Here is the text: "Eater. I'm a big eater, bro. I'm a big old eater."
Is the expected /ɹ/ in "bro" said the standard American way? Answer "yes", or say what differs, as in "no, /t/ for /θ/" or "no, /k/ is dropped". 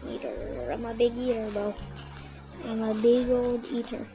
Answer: no, /ɹ/ is dropped